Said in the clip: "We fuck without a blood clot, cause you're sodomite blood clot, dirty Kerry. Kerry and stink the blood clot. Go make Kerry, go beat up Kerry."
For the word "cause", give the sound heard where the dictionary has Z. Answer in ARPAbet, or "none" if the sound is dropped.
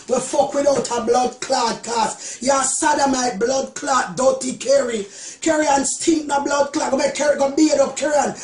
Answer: S